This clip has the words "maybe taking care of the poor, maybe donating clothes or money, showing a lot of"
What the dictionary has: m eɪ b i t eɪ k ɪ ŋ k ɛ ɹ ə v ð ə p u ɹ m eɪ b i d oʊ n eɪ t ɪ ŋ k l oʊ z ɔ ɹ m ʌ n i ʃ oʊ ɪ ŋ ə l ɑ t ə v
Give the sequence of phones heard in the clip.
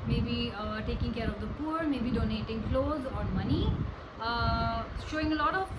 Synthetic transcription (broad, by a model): m eɪ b i t eɪ k ɪ ŋ k ɛ ɹ ə v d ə p u ɹ m eɪ b i d oʊ n eɪ t ɪ ŋ k l oʊ z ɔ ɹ m ʌ n i ʃ oʊ ɪ ŋ ə l ɑ t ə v